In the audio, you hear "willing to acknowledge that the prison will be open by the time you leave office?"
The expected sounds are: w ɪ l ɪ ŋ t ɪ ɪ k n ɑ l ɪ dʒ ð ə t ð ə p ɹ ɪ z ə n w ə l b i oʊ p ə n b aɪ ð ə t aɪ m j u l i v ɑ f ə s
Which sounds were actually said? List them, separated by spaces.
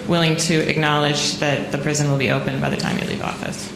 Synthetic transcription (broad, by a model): w ɪ l ɪ ŋ t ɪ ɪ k n ɑ l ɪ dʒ ð ə t ð ə p ɹ ɪ z ə n w ə l b i oʊ p ə n b aɪ ð ə t aɪ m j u l i v ɑ f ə s